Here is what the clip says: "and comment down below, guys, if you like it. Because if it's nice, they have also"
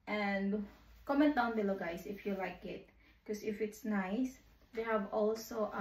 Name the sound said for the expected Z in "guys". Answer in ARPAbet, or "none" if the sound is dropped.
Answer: S